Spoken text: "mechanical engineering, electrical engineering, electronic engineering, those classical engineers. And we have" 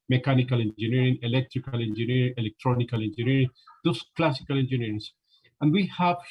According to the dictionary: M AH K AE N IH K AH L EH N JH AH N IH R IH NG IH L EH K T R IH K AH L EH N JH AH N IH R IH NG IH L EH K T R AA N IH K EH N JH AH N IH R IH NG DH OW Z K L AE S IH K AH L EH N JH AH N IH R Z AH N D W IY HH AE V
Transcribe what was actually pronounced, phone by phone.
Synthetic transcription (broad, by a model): M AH K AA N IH K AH L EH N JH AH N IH R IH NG IH L EH K T R IH K AH L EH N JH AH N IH R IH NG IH L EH K T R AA N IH K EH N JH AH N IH R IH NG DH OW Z K L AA S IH K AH L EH N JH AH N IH R S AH N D W IY HH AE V